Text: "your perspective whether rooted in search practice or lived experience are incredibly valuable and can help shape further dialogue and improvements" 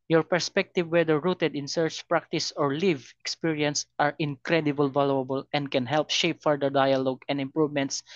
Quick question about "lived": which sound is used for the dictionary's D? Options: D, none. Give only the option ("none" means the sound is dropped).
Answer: none